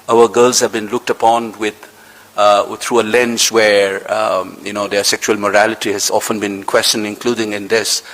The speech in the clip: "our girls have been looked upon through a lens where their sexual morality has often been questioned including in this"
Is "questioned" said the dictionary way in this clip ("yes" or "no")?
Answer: no